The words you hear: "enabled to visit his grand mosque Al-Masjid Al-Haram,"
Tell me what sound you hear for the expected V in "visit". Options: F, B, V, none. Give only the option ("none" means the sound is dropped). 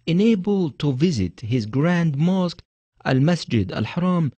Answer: V